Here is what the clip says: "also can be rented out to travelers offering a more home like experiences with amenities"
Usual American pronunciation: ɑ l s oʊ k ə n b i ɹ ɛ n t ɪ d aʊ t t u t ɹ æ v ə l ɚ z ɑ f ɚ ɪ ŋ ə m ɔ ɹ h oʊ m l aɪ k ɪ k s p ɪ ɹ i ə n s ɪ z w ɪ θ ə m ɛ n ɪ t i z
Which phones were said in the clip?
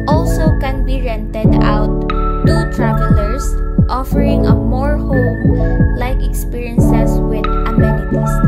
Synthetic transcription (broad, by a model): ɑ l s oʊ k ə n b i ɹ ɛ n t ɪ d aʊ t t u t ɹ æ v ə l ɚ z ɑ f ɚ ɪ ŋ ə m ɔ ɹ h oʊ m l aɪ k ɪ k s p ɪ ɹ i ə n s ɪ s w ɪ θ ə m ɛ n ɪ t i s